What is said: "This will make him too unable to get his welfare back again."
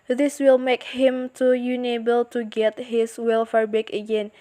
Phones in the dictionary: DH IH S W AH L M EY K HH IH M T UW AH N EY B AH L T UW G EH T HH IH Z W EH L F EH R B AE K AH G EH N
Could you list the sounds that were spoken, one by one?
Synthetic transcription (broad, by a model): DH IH S W AH L M EY K HH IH M T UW AH N EY B AH L T UW G EH T HH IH S W EH L F EH R B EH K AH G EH N